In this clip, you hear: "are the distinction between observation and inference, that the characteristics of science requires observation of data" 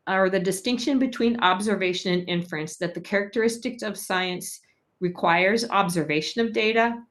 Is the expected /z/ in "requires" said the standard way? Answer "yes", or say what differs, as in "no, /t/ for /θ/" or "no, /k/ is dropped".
yes